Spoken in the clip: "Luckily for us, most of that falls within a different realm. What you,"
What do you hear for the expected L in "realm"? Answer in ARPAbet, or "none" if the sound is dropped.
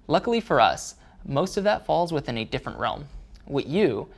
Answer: L